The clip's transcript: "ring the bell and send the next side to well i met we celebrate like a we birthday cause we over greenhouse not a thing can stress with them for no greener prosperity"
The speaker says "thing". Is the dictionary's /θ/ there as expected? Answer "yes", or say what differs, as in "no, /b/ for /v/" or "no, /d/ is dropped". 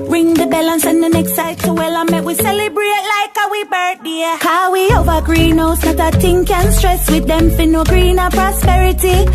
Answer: no, /t/ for /θ/